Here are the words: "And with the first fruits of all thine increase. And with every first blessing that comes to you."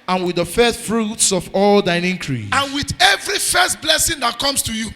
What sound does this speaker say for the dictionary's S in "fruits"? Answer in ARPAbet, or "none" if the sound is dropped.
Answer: S